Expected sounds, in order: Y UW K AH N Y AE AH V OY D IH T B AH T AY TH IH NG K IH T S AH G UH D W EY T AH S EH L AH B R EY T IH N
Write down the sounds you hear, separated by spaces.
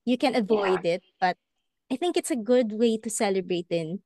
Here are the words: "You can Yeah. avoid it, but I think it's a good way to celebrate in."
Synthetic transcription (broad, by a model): Y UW K AH N AH V OY D IH T B AH T AY TH IH NG K IH T S AH G UH D W EY T AH S EH L AH B R EY T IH N